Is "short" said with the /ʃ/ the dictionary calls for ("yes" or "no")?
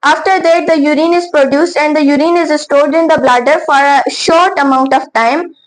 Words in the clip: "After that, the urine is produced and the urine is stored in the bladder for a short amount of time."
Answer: yes